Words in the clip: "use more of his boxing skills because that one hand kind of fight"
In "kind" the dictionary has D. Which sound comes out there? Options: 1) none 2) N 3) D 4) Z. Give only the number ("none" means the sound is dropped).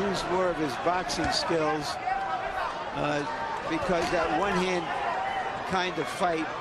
3